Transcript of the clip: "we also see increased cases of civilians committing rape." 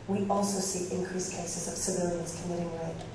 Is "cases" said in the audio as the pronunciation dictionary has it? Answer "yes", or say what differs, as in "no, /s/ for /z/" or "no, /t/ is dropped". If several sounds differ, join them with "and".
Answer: yes